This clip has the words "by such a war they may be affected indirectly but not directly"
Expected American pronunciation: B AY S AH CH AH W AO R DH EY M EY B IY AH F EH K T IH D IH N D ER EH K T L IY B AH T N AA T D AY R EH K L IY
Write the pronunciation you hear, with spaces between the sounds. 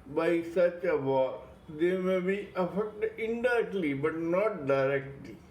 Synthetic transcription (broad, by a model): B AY S AH CH AH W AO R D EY M EY B IY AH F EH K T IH D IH D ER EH K T L IY B AH T N AA T D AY R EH K L IY